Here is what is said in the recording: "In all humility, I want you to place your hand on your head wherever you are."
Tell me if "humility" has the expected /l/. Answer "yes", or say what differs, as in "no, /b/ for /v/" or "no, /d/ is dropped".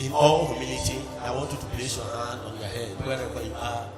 no, /n/ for /l/